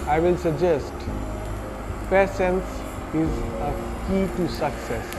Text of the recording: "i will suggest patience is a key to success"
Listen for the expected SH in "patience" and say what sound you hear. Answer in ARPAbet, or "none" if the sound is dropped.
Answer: S